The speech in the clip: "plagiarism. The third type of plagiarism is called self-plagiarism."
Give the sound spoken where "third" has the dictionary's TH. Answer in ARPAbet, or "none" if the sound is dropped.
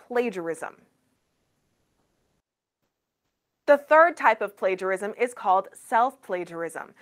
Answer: TH